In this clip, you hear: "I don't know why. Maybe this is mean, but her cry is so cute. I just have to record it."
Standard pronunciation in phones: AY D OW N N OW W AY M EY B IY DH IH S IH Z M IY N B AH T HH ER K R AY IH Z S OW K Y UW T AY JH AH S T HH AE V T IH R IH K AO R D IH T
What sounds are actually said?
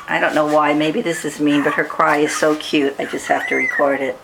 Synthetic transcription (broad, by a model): AY D OW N N OW W AY M EY B IY DH IH S IH Z M IY N B AH T HH ER K R AY IH Z S OW K Y UW T AY JH AH S T HH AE F T IH R IH K AO R D IH T